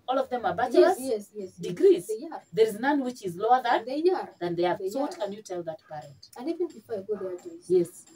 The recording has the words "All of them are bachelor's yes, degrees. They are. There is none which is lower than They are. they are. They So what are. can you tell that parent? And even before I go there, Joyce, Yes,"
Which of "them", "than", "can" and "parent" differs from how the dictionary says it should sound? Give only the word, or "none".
parent